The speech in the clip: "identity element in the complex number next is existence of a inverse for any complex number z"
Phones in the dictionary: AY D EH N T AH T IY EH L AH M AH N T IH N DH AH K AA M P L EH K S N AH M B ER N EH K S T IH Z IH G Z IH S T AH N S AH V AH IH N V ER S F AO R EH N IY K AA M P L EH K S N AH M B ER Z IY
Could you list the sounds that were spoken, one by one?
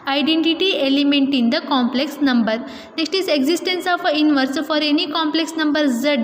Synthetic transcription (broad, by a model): AY D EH N T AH T IY EH L AH M AH N T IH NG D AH K AA M P L EH K S N AH M B ER N EH K S T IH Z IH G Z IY S T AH N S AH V AH IH N V ER S F AO R EH N IY K AA M P L EH K S N AH M B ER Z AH